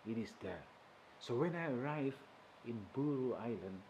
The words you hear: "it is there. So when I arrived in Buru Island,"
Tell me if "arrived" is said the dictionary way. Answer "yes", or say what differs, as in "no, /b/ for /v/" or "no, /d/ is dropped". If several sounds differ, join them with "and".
no, /d/ is dropped